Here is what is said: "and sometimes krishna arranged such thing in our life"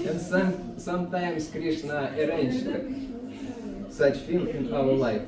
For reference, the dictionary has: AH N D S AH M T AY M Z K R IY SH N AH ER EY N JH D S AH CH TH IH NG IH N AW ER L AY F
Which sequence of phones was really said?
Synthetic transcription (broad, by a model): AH N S S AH M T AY M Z K R IY SH N AH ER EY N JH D S AH CH F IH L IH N AW ER L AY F